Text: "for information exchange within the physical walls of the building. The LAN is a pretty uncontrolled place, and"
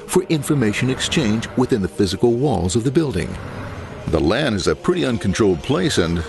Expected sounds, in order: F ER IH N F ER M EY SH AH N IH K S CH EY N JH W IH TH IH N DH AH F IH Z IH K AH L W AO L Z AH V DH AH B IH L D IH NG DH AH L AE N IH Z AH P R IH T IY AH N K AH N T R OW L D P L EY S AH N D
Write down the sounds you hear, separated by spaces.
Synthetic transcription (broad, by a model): F ER IH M F ER M EY SH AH N IH K S CH EY N JH W IH TH IH N DH AH F IH Z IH K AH L W AO L Z AH V DH AH B IH L D IH NG DH AH L AE N IH Z AH P R IH T IY AH N K N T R OW L D P L EY S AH N